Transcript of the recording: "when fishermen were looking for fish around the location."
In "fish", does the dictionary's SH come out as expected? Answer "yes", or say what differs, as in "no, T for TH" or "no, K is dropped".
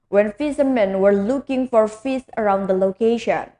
no, S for SH